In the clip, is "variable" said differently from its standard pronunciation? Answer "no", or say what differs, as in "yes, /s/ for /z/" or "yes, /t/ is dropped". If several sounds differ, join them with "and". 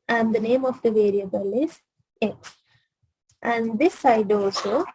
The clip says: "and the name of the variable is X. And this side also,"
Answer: no